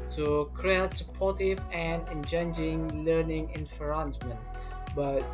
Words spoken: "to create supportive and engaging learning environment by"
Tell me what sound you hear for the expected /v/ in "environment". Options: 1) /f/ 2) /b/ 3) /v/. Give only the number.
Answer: 1